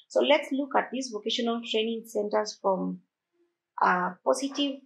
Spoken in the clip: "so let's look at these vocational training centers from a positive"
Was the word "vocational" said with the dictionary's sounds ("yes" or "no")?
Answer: yes